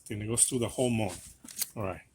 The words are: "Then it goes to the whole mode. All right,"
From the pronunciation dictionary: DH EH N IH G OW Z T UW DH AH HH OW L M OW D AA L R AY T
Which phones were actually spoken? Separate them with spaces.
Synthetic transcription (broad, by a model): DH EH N IH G OW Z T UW DH AH HH OW L M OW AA N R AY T